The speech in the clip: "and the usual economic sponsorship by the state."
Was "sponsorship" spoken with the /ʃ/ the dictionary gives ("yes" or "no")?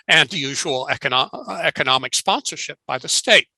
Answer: yes